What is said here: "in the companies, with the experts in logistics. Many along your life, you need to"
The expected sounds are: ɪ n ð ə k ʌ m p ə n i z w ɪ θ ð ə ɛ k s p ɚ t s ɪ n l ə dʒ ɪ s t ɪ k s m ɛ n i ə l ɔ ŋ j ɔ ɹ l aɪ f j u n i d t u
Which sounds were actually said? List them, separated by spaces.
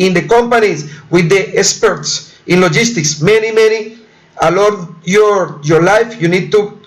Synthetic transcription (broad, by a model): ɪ n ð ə k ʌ m p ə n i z w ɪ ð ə ɛ k s p ɚ t s ɪ n l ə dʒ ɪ s t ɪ k s m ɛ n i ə l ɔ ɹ j ɔ ɹ l aɪ f j u n i d t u